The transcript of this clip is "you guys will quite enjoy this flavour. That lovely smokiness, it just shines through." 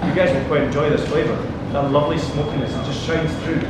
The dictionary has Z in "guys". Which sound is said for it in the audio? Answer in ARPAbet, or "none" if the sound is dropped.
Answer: Z